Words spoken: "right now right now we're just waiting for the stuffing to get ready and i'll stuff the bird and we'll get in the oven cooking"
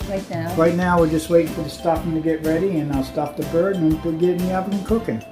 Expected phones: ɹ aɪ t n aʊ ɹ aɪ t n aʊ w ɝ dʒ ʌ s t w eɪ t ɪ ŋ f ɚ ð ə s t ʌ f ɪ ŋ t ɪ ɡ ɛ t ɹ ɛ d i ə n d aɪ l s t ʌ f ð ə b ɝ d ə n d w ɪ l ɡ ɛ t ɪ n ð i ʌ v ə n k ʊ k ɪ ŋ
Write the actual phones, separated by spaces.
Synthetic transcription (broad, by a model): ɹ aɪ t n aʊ ɹ aɪ t n aʊ w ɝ dʒ ʌ s t w eɪ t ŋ f ɚ ð ə s t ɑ p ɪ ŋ t ɪ ɡ ɛ t ɹ ɛ d i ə n aɪ l s t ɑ p ð ə b ɝ d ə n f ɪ ɡ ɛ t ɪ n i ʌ p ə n k ʊ k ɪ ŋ